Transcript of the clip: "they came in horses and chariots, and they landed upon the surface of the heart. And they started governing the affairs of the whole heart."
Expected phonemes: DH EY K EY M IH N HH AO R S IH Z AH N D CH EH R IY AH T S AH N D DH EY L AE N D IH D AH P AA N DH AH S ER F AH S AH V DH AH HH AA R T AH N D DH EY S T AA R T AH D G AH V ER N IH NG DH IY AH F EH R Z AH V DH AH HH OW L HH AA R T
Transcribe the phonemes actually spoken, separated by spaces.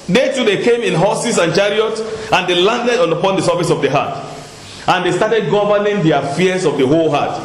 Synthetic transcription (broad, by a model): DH EY K EY M IH N HH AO S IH S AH N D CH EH R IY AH T AH N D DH EY L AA N D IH D AH P AA N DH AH S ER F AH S AH V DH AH HH AA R T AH N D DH EY S T AA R T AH D G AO V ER N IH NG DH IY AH F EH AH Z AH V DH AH HH OW L HH AA T